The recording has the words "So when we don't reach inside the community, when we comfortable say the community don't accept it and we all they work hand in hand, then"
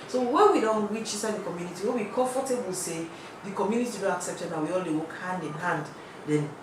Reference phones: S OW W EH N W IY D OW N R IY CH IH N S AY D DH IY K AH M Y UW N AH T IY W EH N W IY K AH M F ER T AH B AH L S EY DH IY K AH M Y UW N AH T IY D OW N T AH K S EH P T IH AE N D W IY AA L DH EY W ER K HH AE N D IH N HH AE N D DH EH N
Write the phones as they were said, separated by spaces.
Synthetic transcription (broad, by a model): S OW W EH N W IY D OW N R IY CH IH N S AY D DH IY K AH M Y UW N AH T IY W EH N W IY K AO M F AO T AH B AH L S EY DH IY K AH M Y UW N AH T IY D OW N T AH K S EH P T IH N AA W IY AA L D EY W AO K HH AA N D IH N HH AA N D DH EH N